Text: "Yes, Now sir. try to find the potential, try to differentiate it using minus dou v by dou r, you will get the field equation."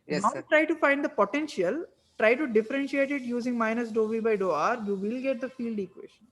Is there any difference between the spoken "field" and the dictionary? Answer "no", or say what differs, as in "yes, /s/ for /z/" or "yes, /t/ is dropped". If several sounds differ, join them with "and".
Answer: no